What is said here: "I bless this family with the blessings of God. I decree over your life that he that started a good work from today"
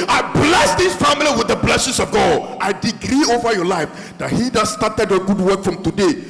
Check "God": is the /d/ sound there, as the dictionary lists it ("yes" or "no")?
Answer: yes